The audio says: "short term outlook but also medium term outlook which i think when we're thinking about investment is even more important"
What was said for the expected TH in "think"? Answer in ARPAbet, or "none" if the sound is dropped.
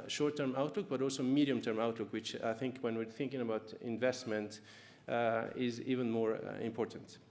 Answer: TH